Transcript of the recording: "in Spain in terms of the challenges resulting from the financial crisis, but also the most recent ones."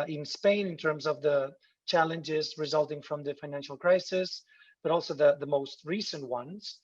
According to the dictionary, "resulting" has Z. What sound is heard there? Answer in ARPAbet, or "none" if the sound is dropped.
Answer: Z